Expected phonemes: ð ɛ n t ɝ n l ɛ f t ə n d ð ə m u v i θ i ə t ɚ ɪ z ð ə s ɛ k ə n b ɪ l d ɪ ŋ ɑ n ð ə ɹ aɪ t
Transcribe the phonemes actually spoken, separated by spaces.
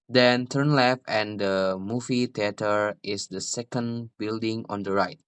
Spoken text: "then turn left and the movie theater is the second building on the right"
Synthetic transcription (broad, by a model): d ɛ n t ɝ n l ɛ f t ə n d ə m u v i t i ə t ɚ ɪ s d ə s ɛ k ə n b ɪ l d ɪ ŋ ɑ n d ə ɹ aɪ t